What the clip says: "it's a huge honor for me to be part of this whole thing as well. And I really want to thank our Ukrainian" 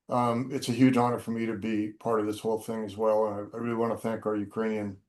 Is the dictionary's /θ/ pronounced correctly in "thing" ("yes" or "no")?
yes